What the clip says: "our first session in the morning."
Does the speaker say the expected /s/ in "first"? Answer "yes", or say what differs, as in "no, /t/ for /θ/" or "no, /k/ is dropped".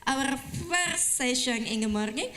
no, /s/ is dropped